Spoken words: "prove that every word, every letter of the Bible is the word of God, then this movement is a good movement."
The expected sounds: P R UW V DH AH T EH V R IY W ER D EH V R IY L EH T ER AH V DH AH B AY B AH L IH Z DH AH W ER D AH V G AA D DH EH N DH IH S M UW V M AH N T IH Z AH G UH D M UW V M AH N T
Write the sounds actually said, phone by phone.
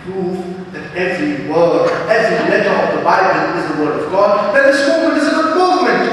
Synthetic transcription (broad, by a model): P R UW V DH AH T EH V R IY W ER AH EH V IY L EH T ER AH V DH AH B AY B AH N IH Z DH AH W ER D AH V G AA D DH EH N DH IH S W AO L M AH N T IH Z AH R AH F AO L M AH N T